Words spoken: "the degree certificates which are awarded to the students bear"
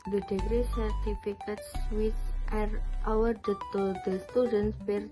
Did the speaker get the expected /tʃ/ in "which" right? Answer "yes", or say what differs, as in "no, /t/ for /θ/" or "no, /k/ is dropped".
no, /s/ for /tʃ/